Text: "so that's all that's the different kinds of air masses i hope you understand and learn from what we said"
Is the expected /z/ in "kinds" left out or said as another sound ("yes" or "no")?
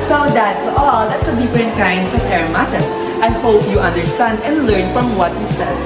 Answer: yes